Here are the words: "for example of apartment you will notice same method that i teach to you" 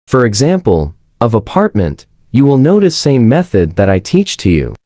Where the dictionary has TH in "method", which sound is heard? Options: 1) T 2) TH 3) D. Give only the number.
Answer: 2